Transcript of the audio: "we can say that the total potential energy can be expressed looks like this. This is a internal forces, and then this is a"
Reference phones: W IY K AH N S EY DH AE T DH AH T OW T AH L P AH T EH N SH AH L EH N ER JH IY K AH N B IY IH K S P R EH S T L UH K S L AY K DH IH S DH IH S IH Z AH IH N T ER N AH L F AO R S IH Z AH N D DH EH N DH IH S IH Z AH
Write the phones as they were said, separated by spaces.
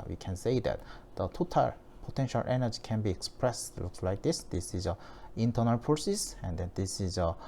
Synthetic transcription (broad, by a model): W IY K AH N S EY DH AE T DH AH T OW T AH L P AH T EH N SH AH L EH N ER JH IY K AH N B IY IH K S P R EH S T L UH K S L AY K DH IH S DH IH S IH Z AH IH N T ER N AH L P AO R S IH S AH N D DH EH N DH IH S IH Z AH